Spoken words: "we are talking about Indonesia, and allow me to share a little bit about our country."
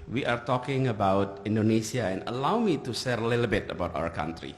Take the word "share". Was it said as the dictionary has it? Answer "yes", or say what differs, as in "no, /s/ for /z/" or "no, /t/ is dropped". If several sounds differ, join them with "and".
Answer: no, /s/ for /ʃ/